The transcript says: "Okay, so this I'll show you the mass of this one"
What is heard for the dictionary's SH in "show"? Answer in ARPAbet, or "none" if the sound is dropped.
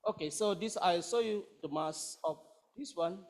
S